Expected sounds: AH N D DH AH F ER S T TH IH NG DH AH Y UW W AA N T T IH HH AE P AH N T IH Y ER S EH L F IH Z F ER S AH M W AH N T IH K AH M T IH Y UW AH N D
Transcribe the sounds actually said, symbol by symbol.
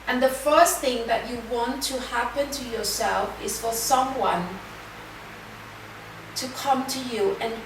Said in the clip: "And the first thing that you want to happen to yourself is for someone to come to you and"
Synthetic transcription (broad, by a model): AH N DH AH F ER S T TH IH NG DH AH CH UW W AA N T T IH HH AE P AH N T IH Y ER S EH L F IH Z F ER S AH M W AH N T IH K AH M T IH Y UW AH N